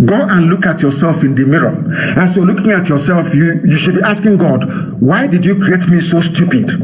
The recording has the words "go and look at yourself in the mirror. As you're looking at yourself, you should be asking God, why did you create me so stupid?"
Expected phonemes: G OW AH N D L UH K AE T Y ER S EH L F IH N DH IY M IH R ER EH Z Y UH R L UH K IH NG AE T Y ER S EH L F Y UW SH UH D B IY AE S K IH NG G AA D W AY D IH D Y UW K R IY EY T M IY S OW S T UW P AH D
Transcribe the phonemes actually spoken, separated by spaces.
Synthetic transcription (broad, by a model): G OW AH N L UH K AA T Y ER S EH L F IH N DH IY M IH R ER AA S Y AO L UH K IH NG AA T Y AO S EH L F Y UW SH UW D B IY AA S K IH NG G AA D W AY D IH D Y UW K R IY EY T M IY S OW S T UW P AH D